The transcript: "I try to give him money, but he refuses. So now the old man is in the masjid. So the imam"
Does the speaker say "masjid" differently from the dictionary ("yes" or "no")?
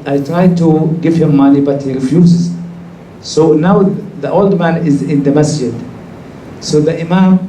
no